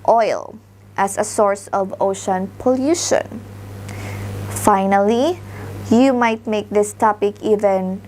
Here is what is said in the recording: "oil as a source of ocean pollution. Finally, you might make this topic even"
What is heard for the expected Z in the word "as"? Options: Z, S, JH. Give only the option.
S